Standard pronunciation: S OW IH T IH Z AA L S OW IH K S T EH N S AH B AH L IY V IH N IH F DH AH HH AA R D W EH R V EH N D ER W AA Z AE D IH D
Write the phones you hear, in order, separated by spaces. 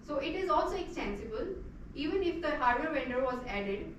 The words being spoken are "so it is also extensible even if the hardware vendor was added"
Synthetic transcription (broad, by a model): S OW IH T IH Z AA L S OW IH K S T EH N S AH B AH L IY V IH N IH F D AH HH AA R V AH R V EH N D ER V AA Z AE D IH D